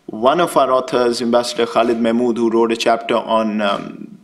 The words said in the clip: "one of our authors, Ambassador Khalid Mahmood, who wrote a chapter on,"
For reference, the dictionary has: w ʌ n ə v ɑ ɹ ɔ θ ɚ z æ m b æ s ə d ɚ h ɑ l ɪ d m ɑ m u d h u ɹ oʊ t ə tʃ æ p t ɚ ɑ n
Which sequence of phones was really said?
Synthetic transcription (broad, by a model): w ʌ n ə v ɑ ɹ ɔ t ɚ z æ m b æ s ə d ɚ h ɑ l ɪ d m ɑ m u d h u ɹ oʊ t ə tʃ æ p t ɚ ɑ n